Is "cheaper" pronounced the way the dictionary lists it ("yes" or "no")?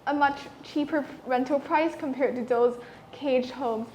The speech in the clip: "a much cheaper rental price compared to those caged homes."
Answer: yes